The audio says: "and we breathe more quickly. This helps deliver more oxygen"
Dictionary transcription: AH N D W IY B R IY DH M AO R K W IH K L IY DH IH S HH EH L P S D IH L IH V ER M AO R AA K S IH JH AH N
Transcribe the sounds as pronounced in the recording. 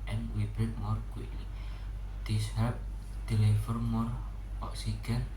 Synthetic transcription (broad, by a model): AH N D W IY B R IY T M AO R K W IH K L IY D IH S HH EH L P D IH L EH F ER M AO R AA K S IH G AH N